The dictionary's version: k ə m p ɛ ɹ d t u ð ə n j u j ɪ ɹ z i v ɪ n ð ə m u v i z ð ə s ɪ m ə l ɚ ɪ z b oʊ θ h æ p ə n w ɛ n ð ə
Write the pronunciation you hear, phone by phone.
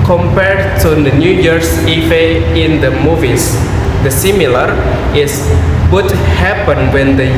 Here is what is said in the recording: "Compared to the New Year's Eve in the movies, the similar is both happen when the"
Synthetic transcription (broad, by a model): k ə m p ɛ ɹ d t u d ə n j u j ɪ ɹ s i f ɪ n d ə m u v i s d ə s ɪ m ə l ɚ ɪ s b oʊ t h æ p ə n w ɛ n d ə